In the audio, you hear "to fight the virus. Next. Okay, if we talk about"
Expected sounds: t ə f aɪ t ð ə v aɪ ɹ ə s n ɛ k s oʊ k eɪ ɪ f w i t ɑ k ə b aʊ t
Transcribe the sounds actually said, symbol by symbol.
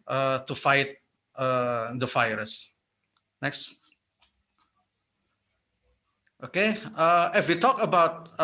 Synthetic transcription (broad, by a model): t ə f aɪ t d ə f aɪ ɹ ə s n ɛ k s oʊ k eɪ ɪ f w i t ɑ k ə b aʊ t